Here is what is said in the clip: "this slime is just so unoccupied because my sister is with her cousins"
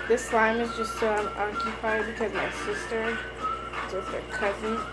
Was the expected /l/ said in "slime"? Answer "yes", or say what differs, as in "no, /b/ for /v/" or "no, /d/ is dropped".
yes